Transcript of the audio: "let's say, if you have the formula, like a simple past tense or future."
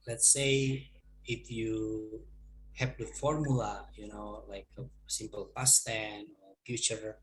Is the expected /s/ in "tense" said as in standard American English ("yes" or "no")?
no